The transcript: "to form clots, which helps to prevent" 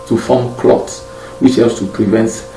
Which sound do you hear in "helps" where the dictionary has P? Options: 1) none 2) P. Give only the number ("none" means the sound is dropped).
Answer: 1